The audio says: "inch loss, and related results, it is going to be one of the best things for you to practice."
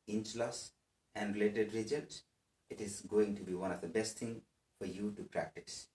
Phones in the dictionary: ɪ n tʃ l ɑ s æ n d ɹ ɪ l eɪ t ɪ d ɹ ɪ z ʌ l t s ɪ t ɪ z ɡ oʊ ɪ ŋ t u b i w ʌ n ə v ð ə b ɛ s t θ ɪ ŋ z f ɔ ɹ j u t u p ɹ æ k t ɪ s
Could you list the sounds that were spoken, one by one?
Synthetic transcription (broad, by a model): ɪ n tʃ l ɑ s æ n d ɹ ɪ l eɪ t ɪ d ɹ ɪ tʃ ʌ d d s ɪ t ɪ z ɡ oʊ ɪ ŋ t u b i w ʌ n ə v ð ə b ɛ s t t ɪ ŋ f ɔ ɹ j u t u p ɹ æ k t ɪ s